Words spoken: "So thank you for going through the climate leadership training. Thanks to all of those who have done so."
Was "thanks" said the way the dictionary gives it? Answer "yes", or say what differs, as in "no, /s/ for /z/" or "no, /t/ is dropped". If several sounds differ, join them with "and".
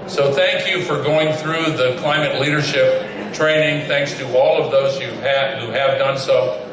yes